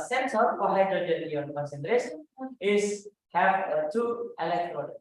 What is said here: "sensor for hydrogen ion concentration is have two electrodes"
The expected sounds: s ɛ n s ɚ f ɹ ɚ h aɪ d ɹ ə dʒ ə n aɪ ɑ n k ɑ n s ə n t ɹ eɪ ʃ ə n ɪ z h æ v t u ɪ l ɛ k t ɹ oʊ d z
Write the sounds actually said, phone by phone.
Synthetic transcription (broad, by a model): s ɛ n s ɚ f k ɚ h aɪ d ə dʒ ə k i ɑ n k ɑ n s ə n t ɹ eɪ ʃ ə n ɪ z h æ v t u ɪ l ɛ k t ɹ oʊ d